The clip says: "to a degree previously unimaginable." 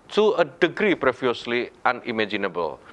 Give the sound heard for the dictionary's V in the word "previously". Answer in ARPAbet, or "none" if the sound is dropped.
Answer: F